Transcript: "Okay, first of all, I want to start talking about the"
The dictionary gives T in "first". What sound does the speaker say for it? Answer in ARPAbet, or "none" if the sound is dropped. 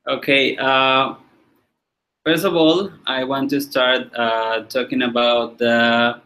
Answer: T